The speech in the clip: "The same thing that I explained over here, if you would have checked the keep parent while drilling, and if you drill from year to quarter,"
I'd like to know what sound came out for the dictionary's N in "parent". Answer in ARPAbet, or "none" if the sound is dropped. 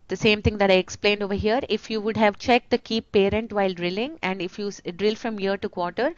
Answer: N